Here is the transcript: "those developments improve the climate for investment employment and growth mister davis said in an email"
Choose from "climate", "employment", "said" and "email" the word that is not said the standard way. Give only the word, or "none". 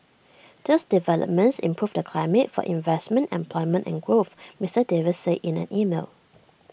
said